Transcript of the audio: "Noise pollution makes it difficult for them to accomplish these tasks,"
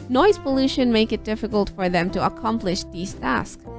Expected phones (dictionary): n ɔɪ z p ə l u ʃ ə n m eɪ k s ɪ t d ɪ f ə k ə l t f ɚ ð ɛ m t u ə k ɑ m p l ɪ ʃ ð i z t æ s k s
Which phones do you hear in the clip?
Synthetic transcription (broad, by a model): n ɔɪ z p ə l u ʃ ə n m eɪ k ɪ t d ɪ f ə k ə l t f ɚ ð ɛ m t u ə k ɑ m p l ɪ ʃ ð i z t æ s k